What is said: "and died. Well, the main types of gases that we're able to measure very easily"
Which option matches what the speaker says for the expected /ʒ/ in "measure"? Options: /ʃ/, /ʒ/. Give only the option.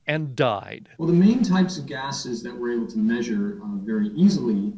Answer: /ʒ/